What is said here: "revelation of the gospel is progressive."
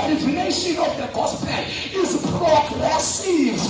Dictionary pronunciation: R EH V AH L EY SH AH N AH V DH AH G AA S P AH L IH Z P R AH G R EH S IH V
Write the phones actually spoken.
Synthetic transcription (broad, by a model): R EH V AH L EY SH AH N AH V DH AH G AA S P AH N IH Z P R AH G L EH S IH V